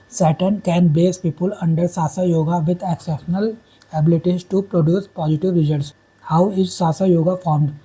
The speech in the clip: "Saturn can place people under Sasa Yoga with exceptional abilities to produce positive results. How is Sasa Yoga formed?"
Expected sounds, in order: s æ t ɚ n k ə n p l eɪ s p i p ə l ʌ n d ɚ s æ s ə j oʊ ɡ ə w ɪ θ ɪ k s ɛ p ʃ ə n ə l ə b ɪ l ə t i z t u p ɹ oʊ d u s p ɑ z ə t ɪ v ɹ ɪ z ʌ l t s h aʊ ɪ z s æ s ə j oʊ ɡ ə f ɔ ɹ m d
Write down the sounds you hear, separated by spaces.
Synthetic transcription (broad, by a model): s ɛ t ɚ n k ə n b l eɪ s p i p ə l ʌ n d ɚ s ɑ s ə j oʊ ɡ ə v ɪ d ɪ k s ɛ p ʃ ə n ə l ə b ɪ l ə t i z t u p ɹ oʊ d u s p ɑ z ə t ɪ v ɹ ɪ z ʌ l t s h aʊ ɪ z s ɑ s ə j oʊ ɡ ə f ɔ ɹ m d